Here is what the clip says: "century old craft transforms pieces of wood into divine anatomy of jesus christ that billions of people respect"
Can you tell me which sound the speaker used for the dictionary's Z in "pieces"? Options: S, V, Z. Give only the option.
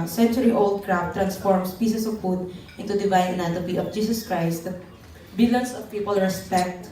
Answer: S